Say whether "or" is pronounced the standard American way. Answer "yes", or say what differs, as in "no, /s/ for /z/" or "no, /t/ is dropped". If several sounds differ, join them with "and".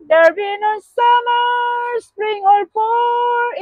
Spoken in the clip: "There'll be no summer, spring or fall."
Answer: no, /l/ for /ɹ/